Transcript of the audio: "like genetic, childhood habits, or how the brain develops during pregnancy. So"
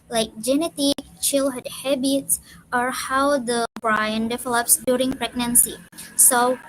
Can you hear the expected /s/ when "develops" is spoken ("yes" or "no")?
yes